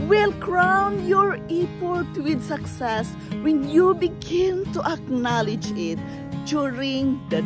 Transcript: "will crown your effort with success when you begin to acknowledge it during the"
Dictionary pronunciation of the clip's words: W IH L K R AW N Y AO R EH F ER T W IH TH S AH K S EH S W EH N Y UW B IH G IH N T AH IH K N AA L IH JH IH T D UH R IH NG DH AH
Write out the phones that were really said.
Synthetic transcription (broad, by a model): W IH L K R AW N Y AO R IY P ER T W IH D S AH K S EH S W EH N Y UW B IH G IH N T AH IH K N AA L IH JH IH T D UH R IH NG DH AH